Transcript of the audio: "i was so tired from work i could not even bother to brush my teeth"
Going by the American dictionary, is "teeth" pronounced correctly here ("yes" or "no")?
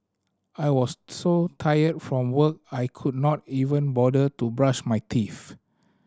no